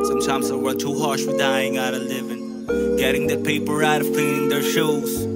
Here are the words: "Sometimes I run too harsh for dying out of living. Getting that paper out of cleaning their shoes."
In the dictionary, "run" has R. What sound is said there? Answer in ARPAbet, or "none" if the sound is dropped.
W